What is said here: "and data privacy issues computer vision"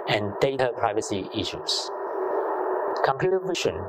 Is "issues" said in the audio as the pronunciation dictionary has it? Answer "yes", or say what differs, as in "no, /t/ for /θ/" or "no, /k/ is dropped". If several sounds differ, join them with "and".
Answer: no, /s/ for /z/